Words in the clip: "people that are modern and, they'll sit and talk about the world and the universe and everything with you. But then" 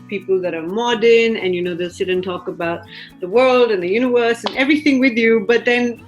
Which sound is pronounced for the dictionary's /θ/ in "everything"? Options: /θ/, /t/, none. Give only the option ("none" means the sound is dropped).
/θ/